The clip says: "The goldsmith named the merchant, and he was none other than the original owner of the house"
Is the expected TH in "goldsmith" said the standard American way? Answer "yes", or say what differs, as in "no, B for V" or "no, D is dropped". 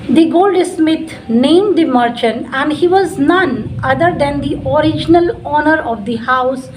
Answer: no, T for TH